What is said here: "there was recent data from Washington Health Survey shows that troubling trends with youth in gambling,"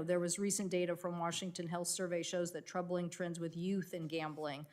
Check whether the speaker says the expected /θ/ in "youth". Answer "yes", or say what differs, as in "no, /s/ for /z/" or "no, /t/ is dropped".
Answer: yes